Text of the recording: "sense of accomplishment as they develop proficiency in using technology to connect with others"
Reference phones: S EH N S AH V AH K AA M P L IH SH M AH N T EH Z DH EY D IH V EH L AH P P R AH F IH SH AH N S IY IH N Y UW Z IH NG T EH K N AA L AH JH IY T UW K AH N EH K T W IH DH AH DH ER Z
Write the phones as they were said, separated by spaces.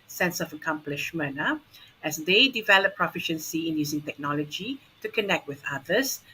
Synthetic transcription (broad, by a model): S EH N S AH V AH K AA M P L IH SH M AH N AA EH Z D EY D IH V EH L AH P P R AH F IH SH AH N S IY IH N Y UW Z IH NG T EH K N AA L AH JH IY T UW K AH N EH K T W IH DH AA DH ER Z